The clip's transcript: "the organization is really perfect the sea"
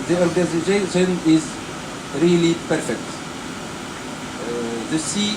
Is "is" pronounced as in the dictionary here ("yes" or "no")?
yes